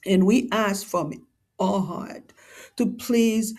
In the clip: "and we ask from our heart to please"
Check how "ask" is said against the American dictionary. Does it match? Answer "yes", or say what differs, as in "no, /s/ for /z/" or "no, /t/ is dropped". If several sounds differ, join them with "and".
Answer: yes